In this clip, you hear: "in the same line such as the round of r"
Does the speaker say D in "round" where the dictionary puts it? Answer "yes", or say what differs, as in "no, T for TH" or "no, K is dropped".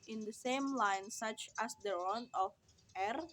no, D is dropped